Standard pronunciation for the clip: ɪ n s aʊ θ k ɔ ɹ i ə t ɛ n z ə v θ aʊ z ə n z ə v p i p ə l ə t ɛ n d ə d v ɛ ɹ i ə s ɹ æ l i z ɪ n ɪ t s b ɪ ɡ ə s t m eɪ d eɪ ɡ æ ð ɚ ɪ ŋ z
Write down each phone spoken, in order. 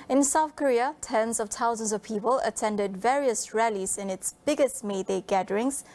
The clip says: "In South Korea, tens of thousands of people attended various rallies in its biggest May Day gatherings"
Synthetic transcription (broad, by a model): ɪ n s aʊ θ k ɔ ɹ i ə t ɛ n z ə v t aʊ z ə n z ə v p i p ə l ə t ɛ n d ə d v ɛ ɹ i ə s ɹ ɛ l i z ɪ n ɪ t s b ɪ ɡ ə s t m eɪ d eɪ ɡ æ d ɚ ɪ ŋ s